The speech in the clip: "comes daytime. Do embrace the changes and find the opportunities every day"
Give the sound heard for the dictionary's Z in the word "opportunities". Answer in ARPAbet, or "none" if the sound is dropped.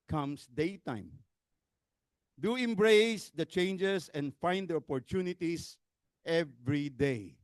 S